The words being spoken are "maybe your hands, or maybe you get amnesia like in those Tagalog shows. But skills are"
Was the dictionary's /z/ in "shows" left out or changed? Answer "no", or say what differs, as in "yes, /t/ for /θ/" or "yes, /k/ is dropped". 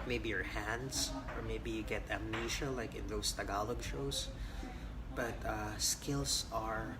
yes, /s/ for /z/